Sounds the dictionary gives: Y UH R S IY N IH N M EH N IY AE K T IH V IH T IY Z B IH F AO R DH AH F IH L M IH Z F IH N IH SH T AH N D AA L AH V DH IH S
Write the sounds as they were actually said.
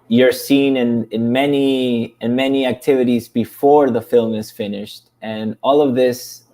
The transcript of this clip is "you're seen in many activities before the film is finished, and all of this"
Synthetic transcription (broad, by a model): Y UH R S IY N IH N M EH N IY AE K T IH V IH T IY Z B IH F AO R DH AH F IH L M IH Z F IH N IH SH T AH N AA L AH V DH IH S